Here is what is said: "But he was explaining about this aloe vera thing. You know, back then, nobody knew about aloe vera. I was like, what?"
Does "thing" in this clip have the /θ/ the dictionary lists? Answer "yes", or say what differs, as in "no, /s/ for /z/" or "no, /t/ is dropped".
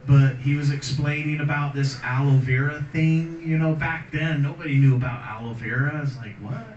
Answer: yes